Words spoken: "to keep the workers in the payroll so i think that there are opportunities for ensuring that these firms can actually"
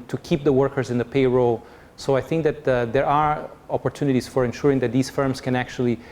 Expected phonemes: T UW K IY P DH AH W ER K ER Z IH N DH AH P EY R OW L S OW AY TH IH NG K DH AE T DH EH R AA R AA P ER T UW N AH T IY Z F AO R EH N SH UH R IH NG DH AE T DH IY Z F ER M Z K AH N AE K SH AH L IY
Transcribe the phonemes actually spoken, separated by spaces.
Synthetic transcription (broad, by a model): T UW K IY P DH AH W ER K ER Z IH N DH AH P EY R OW L S OW AY TH IH NG K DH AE T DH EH R AA R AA P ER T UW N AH T IY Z F AO R EH N SH UH R IH NG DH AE T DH IY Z F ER M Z K AH N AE K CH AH L IY